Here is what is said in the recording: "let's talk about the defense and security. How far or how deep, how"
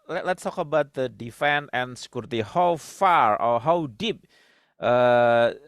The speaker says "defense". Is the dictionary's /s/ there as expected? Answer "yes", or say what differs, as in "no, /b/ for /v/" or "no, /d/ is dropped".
no, /s/ is dropped